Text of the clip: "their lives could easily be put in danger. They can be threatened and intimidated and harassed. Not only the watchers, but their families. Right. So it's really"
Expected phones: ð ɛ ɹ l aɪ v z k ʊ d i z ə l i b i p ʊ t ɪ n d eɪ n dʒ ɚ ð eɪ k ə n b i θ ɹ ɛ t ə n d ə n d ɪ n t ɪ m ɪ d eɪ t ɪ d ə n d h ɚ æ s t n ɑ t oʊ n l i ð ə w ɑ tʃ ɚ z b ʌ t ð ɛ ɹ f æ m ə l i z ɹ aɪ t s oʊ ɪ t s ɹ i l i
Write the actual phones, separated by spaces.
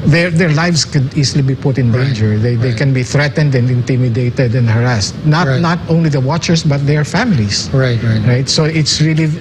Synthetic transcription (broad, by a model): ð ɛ ɹ l aɪ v s k ʊ d i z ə l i b i p ʊ t ɪ n d eɪ n dʒ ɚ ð eɪ k ə n b i θ ɹ ɛ t ə n d ə n d ɪ n t ɪ m ɪ d eɪ t ɪ d ə n d h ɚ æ s t n ɑ t oʊ n l i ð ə w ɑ tʃ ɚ s b ʌ t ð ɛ ɹ f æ m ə l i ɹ ɹ aɪ t s oʊ ɪ t s ɹ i l i